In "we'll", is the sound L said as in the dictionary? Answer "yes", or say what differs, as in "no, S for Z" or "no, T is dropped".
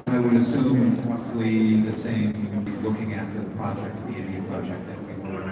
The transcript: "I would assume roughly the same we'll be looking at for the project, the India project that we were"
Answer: no, W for L